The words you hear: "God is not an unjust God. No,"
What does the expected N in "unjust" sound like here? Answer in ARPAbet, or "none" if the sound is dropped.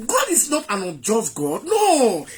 none